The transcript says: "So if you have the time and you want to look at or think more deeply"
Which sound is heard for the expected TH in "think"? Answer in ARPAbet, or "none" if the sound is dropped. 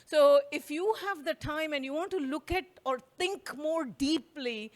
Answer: T